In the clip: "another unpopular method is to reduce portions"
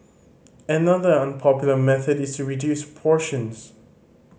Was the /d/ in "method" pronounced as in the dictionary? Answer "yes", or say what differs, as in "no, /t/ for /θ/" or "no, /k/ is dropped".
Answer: yes